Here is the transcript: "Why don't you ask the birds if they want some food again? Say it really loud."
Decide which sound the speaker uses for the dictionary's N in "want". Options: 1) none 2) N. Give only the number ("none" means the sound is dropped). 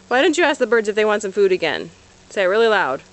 2